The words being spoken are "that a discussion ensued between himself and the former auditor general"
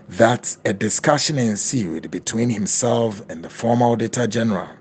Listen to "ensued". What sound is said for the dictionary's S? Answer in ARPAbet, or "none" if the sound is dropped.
S